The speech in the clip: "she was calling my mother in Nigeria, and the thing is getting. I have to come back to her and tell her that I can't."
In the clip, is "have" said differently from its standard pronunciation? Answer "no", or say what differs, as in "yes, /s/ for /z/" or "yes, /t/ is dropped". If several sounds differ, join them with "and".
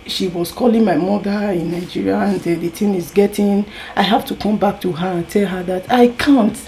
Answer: yes, /f/ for /v/